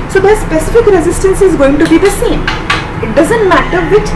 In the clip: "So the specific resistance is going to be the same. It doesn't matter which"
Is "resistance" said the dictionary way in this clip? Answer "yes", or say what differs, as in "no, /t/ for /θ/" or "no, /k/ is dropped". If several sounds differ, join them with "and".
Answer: yes